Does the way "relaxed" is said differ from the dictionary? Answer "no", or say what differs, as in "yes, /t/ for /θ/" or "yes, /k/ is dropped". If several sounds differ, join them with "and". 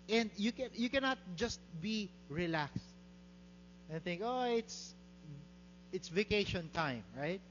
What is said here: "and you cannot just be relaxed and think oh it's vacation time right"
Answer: no